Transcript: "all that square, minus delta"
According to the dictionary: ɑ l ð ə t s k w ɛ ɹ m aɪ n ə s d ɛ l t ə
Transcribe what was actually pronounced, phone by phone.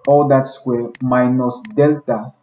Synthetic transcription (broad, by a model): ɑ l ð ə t s w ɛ m aɪ n ə s d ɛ l t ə